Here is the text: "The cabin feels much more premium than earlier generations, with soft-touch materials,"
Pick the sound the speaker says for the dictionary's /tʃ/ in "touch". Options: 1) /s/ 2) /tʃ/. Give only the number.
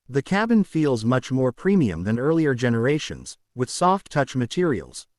2